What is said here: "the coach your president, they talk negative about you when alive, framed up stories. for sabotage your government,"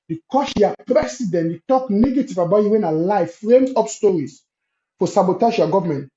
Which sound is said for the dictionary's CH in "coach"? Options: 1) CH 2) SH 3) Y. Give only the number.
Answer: 2